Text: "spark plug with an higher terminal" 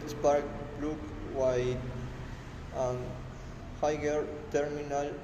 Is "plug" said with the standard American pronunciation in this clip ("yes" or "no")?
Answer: no